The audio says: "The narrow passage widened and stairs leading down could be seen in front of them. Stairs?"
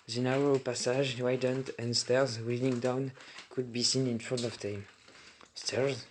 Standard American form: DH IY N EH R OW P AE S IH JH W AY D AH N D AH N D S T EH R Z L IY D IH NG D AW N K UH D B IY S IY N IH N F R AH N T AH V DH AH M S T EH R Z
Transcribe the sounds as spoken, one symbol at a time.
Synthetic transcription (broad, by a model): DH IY N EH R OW P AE S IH ZH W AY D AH N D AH N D S T EH R Z W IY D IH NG D AW N K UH D B IY S IY N IH N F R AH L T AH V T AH M S T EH R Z